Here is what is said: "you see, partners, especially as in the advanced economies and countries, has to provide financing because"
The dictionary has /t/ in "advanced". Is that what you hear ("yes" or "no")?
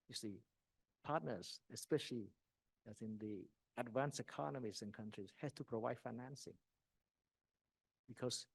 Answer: no